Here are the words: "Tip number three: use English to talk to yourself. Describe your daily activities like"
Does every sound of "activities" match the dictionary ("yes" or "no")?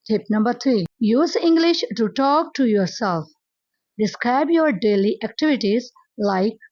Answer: yes